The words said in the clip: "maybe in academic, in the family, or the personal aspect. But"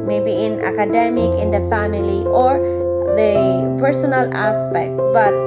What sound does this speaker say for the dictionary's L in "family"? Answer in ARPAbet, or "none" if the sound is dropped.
L